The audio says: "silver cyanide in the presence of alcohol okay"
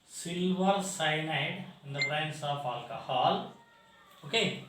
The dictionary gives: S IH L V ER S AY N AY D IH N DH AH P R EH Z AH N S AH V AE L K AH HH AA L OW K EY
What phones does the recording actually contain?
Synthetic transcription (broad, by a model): S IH L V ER S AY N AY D IH N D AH B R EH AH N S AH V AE L K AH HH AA L OW K EY